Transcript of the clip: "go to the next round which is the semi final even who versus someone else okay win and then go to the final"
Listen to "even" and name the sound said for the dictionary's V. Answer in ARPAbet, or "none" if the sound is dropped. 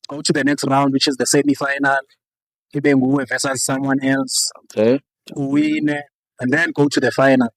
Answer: B